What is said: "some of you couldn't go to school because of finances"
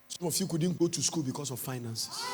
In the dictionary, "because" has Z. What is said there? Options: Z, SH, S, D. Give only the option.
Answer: S